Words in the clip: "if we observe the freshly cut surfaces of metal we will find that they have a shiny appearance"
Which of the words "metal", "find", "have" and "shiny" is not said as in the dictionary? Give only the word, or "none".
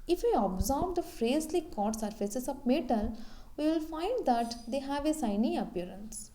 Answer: shiny